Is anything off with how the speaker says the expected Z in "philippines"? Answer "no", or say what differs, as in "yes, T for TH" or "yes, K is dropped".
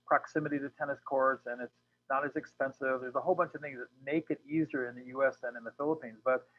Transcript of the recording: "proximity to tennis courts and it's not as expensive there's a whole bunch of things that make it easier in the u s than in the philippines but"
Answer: no